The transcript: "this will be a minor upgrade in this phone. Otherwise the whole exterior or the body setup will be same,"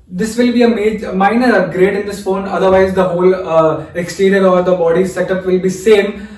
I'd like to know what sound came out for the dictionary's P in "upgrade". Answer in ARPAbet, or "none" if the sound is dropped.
none